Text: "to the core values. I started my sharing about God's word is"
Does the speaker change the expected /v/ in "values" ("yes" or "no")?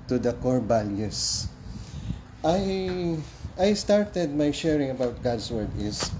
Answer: yes